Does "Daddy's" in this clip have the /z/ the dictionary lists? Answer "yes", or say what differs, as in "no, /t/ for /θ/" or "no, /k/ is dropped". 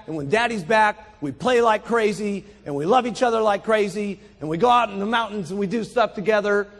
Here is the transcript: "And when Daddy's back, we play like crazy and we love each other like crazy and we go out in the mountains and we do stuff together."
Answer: yes